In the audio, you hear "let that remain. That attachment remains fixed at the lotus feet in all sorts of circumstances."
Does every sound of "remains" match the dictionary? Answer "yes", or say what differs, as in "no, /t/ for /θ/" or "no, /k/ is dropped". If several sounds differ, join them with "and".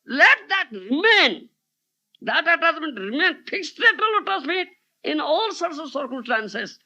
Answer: no, /z/ is dropped